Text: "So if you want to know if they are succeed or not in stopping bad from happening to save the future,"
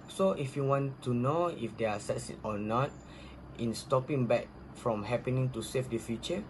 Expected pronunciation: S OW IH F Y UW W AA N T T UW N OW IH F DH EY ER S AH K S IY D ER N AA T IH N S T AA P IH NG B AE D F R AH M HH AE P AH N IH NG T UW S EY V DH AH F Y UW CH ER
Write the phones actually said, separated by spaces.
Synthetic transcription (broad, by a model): S OW IH F Y UW W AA N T T UW N OW IH F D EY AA S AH S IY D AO N AA T IH N S T AA P IH NG B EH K F R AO M HH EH P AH N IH NG T UW S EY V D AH F Y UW CH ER